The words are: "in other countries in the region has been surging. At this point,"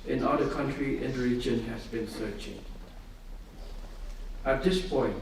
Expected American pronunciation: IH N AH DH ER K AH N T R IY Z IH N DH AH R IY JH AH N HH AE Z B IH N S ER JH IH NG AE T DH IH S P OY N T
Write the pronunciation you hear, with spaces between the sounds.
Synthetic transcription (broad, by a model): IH N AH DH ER K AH N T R IY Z IH N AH R IY JH AH N HH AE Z B IH N S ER CH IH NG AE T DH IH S P OY N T